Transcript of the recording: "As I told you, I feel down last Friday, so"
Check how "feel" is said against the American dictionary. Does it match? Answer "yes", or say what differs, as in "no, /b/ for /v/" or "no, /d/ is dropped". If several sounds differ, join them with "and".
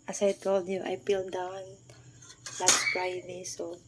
no, /p/ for /f/